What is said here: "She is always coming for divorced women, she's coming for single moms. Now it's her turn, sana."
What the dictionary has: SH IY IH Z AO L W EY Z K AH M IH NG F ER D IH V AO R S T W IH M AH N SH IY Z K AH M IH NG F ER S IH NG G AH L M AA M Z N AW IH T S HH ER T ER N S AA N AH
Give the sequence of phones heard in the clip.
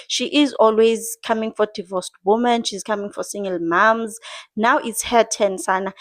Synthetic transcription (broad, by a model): SH IY IH Z AO L W EY Z K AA M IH NG F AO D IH V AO S T W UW M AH N SH IY Z K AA M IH NG F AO S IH NG G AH L M AA M Z N AW IH T S HH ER T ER N S AA N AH